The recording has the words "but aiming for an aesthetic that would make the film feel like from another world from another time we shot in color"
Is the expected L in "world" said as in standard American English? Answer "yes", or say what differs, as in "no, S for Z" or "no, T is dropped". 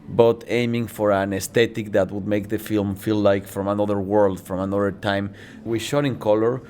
yes